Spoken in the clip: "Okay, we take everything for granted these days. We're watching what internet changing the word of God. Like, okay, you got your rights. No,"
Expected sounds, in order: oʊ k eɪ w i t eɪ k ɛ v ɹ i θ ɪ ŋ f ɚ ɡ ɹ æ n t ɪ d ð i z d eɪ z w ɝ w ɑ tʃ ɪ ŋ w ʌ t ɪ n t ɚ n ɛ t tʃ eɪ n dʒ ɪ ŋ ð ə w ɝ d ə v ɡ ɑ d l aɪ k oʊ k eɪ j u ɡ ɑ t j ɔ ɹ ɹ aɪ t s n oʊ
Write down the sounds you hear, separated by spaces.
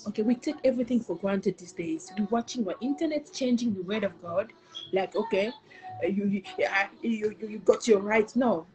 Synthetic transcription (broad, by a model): oʊ k eɪ w i t eɪ k ɛ v ɹ i θ ɪ ŋ f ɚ ɡ ɹ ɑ n t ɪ d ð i s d eɪ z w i w ɑ tʃ ɪ ŋ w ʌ t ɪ n t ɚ n ɛ t tʃ eɪ n dʒ ɪ ŋ ð ə w ɝ d ə v ɡ ɑ d l aɪ k oʊ k eɪ j u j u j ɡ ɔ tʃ ɹ aɪ t n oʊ